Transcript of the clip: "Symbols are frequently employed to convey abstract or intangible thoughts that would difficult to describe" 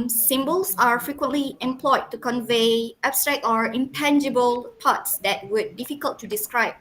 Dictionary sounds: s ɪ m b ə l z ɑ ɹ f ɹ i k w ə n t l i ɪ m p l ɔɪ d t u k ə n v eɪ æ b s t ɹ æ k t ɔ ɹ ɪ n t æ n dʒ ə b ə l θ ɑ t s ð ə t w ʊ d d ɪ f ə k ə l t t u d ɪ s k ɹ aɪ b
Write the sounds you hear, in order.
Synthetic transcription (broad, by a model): s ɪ m b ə l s ɑ ɹ f ɹ i k w ə n t l i ɪ m p l ɔɪ d t u k ə n v eɪ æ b s t ɹ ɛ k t ɔ ɹ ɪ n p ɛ n dʒ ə b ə l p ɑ t s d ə t w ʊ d d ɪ f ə k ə l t t u d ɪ s k ɹ aɪ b